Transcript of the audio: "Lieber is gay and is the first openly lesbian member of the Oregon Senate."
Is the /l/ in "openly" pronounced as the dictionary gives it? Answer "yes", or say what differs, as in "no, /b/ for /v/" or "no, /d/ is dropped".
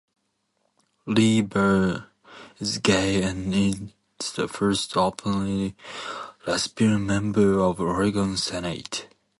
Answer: no, /l/ is dropped